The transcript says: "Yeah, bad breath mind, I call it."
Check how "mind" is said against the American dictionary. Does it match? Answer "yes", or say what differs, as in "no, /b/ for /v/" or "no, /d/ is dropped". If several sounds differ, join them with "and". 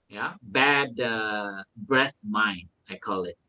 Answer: no, /d/ is dropped